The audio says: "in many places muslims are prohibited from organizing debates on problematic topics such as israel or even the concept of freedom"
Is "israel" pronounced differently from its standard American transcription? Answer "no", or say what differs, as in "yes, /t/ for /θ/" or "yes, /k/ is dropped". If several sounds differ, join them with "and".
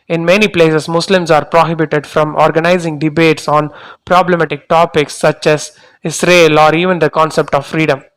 yes, /s/ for /z/